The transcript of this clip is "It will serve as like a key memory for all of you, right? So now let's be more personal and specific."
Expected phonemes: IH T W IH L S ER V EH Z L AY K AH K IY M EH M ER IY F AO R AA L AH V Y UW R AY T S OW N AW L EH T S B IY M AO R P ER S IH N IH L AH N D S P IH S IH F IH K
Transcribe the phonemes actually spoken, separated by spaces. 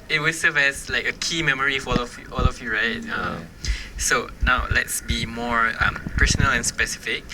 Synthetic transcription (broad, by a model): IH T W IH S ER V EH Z L AY K AH K IY M EH M ER IY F AO L AA L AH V Y UW R AY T S OW N AW L EH T S B IY M AO R P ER S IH N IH L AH N S P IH S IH F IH K